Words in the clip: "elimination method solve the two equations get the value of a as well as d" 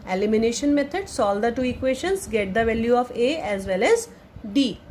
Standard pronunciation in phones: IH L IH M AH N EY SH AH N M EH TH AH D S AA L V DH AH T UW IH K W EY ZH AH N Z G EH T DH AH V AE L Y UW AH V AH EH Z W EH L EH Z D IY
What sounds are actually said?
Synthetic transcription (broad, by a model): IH L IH M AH N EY SH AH N M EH T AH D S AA L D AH T UW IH K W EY SH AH N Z G EH T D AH V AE L Y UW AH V AH EH Z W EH L EH Z D IY